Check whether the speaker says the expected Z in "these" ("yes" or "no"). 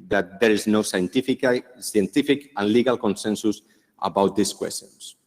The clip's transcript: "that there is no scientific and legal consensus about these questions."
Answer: no